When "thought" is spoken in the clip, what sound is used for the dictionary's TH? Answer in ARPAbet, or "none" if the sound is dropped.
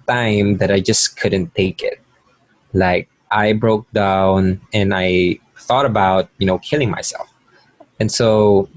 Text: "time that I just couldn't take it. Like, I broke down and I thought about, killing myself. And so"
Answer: TH